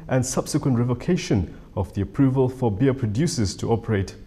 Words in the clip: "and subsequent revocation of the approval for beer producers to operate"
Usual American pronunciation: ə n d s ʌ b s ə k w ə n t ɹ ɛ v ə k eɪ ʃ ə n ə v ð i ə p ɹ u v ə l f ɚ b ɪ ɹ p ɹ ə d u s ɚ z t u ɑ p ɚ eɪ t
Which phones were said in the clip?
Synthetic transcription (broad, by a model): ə n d s ʌ b s ə k w ə n t ɹ ɛ v ə k eɪ ʃ ə n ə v ð i ə p ɹ u v ə l f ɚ b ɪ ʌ p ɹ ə d u s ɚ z t u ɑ p ɚ eɪ t